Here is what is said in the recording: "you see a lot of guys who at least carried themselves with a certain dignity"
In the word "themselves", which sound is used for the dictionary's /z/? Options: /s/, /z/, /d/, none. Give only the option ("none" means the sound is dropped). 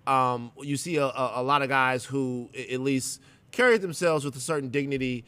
/z/